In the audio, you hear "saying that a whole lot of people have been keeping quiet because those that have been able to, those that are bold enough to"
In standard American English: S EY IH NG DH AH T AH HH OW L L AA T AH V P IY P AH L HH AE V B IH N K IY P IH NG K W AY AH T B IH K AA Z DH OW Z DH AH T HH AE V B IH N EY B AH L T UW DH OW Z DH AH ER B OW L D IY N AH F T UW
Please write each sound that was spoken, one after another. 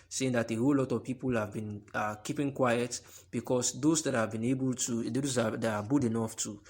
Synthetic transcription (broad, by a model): S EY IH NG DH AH T AH HH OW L L AA T AH V P IY P AH L HH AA V B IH N K IY P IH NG K W AY AH T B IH K AA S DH OW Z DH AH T HH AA V B IH N EY B AH L T UW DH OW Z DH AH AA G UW D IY N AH F T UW